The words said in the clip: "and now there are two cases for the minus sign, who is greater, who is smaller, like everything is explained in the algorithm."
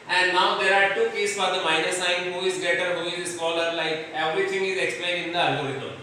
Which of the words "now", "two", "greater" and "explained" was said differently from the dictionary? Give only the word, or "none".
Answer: greater